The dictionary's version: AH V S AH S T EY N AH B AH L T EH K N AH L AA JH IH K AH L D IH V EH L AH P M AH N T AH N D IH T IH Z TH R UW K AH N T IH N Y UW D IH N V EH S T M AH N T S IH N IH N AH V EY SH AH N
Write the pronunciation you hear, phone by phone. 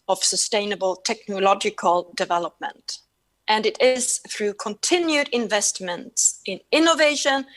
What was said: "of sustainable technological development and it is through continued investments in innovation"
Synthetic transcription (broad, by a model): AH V S AH S T EY N AH B AH L T EH K N AH L AA JH IH K AH L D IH V EH L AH P M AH N T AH N IH T IH Z TH R UW K AH N T IH N Y UW D IH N V EH S T M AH N T S IH N IH N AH V EY SH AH N